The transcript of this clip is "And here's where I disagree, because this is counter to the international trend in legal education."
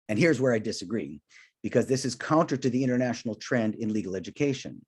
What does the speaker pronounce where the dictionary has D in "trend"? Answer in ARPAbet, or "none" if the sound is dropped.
D